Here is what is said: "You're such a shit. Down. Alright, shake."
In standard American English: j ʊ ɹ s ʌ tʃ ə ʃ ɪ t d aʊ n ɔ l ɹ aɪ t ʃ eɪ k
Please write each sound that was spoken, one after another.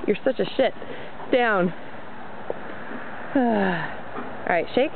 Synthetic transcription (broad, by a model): j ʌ ɹ s ʌ tʃ ə ʃ ɪ t d aʊ n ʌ ɹ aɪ t ʃ eɪ k